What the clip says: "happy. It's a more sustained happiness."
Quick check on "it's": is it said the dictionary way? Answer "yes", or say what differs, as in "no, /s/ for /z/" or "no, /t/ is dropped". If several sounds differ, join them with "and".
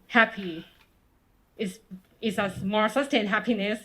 no, /s/ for /t/